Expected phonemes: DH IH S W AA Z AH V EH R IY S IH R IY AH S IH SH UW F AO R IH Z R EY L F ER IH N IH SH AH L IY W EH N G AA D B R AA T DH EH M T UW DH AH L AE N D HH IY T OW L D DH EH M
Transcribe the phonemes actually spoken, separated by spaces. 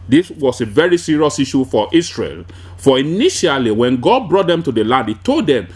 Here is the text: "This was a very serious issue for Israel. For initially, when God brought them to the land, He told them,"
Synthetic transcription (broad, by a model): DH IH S W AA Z AH V EH R IY S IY R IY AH S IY SH UW F AO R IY S R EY L F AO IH N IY SH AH L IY W EH N G AA D B R AA T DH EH M T UW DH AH L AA N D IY T OW L D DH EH M